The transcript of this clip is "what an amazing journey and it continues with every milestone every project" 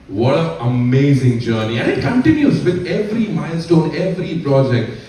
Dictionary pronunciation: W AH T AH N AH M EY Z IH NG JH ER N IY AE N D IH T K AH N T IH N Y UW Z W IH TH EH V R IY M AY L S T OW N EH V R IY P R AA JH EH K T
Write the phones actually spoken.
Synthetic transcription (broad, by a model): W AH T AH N AH M EY Z IH NG JH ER N IY AE N D IH T K AH N T IH N Y UW Z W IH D EH V R IY M AY L S T OW N EH V R IY P R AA JH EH K T